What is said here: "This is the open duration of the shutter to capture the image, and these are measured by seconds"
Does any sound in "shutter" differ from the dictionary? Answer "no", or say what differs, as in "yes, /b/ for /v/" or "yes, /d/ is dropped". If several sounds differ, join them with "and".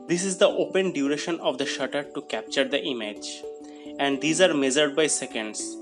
no